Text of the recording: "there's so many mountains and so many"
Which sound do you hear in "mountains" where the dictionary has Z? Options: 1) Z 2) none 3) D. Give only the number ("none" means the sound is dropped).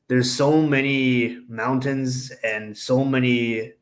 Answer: 1